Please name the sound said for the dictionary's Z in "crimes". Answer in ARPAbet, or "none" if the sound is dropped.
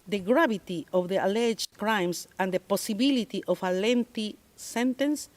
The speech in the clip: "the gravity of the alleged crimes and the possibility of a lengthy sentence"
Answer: S